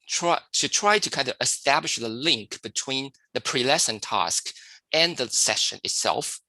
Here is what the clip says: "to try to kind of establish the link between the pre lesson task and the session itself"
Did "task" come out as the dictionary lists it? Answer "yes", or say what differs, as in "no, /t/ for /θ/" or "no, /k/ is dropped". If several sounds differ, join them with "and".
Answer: yes